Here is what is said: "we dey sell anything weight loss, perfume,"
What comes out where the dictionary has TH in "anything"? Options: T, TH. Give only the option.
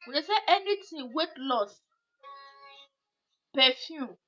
T